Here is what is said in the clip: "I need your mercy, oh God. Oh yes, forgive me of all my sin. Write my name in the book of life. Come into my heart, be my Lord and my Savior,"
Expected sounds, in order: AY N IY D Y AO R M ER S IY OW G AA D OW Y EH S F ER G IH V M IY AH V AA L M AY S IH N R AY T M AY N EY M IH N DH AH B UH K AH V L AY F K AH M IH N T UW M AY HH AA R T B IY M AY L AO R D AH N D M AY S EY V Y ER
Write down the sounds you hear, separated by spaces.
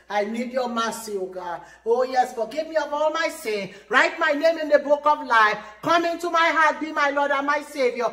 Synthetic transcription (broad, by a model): AY N IY D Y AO M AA S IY OW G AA OW Y EH S F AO G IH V M IY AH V AA L M AY S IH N R AY T M AY N EY M IH N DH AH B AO K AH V L AY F K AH M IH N T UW M AY HH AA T B IY M AY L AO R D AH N M AY S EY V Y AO